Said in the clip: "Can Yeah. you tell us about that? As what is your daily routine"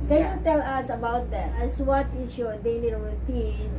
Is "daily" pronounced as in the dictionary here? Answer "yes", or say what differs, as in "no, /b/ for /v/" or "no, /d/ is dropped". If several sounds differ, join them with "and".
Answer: no, /n/ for /l/